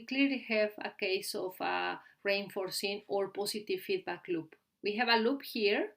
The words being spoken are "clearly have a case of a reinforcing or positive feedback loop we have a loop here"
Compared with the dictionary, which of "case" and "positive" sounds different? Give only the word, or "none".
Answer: positive